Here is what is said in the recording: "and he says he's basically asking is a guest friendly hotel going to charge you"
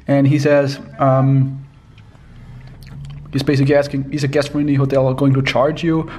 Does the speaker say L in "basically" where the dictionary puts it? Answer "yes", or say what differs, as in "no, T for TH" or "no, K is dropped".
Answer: no, L is dropped